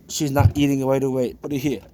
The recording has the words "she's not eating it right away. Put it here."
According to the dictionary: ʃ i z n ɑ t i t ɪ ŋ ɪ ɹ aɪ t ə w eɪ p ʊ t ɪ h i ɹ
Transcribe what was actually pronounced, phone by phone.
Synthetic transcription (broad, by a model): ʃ i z n ɑ t i t ɪ ŋ ɪ w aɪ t ə w eɪ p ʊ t ɪ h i